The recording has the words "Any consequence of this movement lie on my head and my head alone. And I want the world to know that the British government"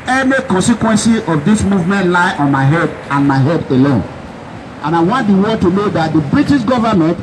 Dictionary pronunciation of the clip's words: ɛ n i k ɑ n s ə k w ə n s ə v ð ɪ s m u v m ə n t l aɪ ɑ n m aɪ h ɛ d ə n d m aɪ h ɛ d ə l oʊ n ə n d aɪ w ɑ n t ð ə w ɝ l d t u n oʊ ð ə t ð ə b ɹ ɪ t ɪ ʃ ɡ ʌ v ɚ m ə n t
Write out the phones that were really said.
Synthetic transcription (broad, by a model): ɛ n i k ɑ n s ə k w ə n s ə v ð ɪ s m u v m ə n t l aɪ ɑ n m aɪ h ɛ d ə n m aɪ h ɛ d ə l oʊ n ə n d aɪ w ɑ n t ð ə w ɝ d t u n oʊ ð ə t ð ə b ɹ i t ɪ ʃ ɡ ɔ v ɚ m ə n t